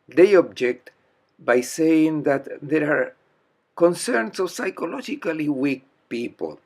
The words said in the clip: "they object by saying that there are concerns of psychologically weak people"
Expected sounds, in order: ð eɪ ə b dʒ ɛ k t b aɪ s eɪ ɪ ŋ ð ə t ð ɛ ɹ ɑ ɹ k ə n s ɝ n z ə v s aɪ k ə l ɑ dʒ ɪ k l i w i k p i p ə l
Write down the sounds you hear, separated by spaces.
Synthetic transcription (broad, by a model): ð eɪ ə b dʒ ɛ k t b aɪ s eɪ ɪ ŋ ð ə t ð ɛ ɹ ɑ ɹ k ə n s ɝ n s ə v s aɪ k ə l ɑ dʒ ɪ k l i w i k p i p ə l